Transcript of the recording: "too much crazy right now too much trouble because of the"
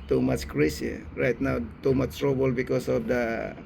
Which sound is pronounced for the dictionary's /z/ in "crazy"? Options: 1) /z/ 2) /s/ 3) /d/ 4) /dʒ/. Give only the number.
2